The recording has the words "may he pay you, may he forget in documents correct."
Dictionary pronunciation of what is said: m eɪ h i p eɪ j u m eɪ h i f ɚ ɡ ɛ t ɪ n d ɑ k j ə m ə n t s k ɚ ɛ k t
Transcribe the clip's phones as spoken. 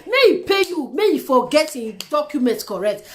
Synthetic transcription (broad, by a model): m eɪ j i p eɪ j u m eɪ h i f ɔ ɡ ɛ t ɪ d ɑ k j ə m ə n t k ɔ ɛ k t